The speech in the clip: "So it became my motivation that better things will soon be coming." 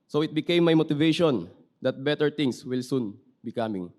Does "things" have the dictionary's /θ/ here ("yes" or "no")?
no